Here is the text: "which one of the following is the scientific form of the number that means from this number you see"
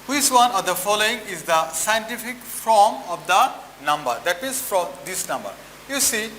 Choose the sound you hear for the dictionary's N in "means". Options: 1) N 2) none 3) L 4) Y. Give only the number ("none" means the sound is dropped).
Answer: 2